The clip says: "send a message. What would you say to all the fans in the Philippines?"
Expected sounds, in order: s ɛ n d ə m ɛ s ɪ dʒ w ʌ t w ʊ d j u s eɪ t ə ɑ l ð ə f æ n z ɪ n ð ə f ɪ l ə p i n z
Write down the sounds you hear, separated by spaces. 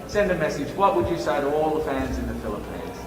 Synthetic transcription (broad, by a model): s ɛ n d ə m ɛ s ɪ dʒ w ʌ t w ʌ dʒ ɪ s eɪ t ə ɑ l ð ə f æ n z ɪ n ð ə f ɪ l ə p i n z